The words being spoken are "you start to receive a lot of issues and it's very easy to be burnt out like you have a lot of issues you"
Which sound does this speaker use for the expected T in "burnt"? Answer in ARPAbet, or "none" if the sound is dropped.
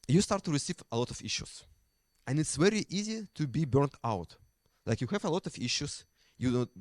T